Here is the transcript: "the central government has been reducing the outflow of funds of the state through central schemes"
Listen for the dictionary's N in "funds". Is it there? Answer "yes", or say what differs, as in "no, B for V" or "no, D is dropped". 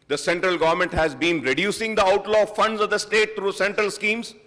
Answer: yes